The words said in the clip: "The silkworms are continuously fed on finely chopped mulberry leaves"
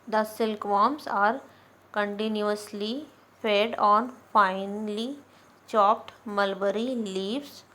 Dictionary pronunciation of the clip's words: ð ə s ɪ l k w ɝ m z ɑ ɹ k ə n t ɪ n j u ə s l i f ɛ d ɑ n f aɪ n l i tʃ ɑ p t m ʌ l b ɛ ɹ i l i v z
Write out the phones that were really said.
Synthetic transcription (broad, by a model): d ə s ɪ l k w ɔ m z ɑ ɹ k ə n t ɪ n j u ə s l i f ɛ d ɑ n f aɪ n l i tʃ ɑ p t m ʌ l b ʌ ɹ i l i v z